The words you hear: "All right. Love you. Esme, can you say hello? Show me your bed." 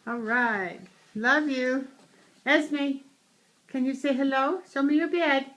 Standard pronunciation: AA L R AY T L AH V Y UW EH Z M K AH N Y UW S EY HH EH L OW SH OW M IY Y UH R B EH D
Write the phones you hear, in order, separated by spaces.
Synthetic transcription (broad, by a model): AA L R AY T L AH V Y UW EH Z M K AH N Y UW S EY HH EH L OW S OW M IY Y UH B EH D